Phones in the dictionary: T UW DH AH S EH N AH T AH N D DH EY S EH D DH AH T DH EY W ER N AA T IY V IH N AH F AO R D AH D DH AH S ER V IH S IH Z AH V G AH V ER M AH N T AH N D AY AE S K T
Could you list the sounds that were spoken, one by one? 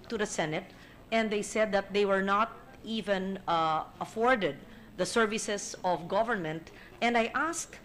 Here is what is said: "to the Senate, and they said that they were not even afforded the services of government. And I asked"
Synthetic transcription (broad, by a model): T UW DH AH S EH N AH T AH N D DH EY S EH D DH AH T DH EY W ER N AA T IY V IH N AH F AO R D AH D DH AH S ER V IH S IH S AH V G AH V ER M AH N T AH N D AY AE S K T